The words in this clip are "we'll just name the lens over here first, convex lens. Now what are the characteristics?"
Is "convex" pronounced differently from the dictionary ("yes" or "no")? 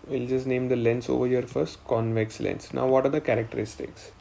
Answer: no